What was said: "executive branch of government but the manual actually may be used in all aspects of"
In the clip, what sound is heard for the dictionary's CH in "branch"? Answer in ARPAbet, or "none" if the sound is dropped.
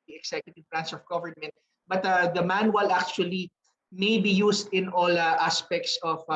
S